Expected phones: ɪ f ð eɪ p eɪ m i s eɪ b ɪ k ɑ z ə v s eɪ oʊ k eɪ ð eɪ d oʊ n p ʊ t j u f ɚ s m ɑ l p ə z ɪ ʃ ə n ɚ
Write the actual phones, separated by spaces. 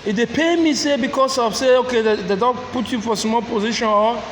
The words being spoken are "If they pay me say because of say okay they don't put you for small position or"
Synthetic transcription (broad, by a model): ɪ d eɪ p eɪ m i s eɪ b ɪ k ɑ s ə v s eɪ oʊ k eɪ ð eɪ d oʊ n p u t j u f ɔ s m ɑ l p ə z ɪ ʃ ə n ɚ